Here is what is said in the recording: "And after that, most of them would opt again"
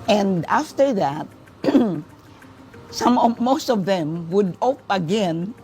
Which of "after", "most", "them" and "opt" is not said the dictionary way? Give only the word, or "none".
opt